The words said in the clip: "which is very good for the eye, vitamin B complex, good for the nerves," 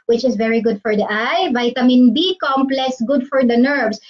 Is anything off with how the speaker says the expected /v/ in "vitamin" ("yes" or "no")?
no